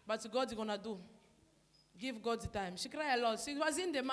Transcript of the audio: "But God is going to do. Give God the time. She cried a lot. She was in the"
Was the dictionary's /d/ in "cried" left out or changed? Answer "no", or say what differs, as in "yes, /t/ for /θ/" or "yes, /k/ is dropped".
yes, /d/ is dropped